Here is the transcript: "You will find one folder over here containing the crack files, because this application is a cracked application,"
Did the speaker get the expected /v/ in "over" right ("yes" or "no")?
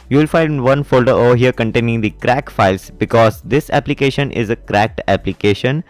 no